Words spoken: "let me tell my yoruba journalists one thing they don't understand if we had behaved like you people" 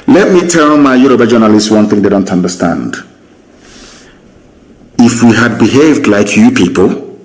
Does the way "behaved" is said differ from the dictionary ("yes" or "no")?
no